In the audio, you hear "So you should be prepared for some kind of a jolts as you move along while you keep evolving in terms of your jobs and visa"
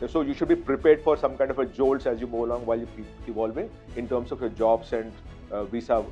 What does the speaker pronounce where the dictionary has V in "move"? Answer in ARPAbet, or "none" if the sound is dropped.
none